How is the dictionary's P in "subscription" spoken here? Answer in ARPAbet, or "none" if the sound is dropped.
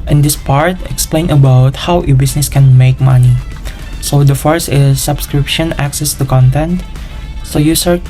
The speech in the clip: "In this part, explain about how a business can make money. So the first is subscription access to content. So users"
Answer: P